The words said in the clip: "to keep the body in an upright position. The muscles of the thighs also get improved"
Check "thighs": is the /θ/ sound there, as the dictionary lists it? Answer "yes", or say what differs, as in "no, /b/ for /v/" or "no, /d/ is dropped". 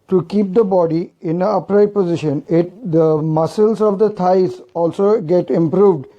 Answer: no, /t/ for /θ/